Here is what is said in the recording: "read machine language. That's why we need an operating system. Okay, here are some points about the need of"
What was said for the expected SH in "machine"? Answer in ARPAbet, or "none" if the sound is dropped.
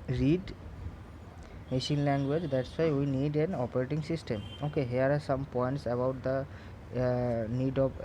SH